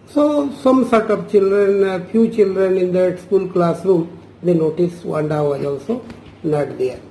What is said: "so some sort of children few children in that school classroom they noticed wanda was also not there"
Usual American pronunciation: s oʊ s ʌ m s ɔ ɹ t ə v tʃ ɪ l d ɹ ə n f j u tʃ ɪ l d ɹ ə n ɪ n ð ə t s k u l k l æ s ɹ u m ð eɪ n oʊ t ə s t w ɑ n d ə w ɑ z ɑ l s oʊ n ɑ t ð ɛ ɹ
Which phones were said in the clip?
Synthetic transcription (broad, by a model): s oʊ s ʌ m s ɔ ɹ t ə p tʃ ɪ l d ɹ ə n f j u tʃ ɪ l d ɹ ə n ɪ n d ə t s k u l k l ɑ s ɹ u m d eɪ n oʊ t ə s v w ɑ n d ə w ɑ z ɑ l s oʊ n ɑ t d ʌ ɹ